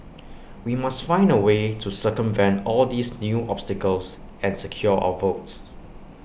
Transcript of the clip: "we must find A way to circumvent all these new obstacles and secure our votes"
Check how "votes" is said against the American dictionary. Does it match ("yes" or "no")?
yes